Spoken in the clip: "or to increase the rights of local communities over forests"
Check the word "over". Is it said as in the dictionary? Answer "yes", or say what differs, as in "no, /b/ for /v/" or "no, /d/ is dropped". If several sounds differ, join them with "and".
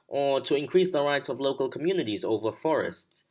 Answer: yes